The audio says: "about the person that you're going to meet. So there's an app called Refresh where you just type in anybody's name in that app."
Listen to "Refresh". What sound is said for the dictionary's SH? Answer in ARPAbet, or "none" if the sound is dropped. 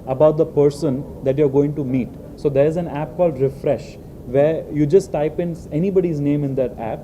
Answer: SH